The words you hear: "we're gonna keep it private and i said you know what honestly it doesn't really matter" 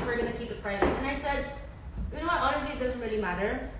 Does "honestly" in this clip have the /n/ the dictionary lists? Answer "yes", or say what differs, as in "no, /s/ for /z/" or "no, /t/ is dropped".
no, /l/ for /n/